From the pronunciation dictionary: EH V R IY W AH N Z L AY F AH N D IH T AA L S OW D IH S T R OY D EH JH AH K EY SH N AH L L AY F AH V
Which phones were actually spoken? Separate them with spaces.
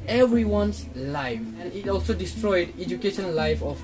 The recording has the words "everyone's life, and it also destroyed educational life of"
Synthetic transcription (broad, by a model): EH V R IY W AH N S L AY F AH N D IH T AA L S OW D IH S T R OY D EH JH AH K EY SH AH N L AY F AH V